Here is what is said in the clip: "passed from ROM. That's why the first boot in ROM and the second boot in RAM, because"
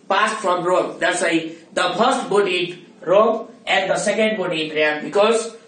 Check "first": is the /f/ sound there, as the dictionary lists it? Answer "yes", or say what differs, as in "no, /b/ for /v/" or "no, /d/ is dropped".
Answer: no, /p/ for /f/